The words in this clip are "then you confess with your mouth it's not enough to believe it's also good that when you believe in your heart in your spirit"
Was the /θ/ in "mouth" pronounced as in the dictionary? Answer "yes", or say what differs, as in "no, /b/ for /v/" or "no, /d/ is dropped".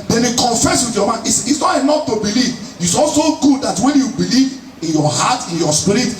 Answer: no, /s/ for /θ/